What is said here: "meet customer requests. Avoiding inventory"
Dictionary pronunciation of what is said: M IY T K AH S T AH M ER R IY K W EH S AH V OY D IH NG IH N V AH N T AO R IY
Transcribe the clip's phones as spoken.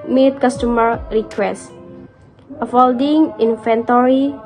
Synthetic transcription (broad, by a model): M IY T K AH S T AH M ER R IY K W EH S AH F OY D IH NG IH N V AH N T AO R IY